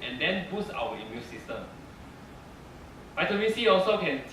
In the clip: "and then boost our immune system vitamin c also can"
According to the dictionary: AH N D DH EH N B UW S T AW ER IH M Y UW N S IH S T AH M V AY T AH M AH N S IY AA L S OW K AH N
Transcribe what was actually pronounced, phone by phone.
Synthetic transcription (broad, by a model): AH N D EH N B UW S AW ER IH M Y UW N S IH S T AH M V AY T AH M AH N S IY AA L S OW K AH N